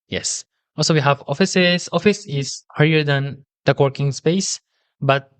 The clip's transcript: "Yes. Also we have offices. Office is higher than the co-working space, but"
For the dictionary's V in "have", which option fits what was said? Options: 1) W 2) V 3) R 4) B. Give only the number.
2